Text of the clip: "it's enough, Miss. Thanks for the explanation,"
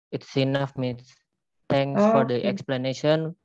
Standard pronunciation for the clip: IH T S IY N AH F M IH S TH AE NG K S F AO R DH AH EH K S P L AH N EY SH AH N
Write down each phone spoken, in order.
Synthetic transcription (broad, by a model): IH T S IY N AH F M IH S T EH NG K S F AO R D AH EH K S P L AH N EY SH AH N